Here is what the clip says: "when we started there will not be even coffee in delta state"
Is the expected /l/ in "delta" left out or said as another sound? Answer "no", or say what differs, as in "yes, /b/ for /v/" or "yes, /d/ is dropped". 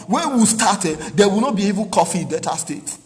yes, /l/ is dropped